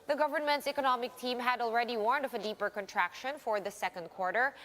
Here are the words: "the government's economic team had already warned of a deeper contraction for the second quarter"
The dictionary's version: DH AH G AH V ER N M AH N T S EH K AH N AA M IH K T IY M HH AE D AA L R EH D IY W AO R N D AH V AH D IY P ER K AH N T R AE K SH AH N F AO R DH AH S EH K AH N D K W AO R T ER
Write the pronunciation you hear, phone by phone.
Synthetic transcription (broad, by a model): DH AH G AH V ER N M AH N T S EH K AH N AA M IH K T IY M HH AE D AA L R EH D IY W AO R N D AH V AH D IY P ER K AH N T R AE K SH AH N F AO R DH AH S EH K AH N D K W AO R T ER